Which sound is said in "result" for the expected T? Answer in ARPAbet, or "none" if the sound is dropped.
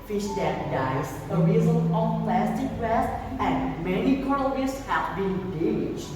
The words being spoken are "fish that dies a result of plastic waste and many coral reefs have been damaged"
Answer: none